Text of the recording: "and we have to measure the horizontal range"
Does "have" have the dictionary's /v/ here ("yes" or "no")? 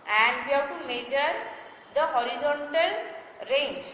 no